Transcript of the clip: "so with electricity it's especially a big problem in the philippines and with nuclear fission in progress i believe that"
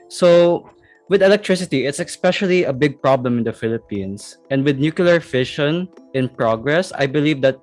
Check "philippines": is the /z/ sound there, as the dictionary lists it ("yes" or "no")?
no